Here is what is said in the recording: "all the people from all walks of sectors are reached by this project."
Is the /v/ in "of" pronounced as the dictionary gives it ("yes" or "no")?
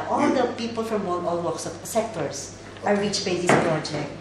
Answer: no